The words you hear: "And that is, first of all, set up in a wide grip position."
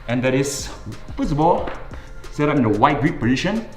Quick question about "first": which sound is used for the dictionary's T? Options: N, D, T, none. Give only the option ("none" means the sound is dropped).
none